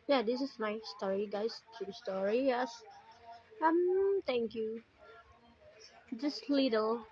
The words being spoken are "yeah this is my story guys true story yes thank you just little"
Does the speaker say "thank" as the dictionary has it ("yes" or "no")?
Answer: no